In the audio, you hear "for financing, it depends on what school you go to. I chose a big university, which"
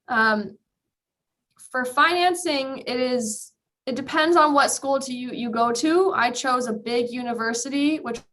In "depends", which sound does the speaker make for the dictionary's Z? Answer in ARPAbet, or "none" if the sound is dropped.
Z